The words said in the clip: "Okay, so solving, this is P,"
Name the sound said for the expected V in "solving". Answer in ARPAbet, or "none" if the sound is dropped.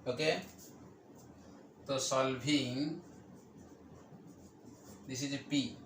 B